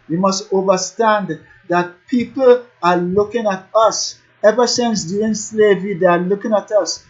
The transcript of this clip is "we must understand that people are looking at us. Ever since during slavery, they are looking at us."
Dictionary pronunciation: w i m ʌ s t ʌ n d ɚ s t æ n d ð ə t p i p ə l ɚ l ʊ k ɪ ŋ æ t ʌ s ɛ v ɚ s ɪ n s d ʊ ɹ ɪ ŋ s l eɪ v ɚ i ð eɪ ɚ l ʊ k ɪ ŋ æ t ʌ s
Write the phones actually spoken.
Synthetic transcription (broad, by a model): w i m ʌ s t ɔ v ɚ s t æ n d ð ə t p i p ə l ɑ l ʊ k ɪ ŋ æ t ʌ s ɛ v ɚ s ɪ n s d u ɪ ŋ s l eɪ v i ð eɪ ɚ l ʊ k ɪ ŋ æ t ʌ s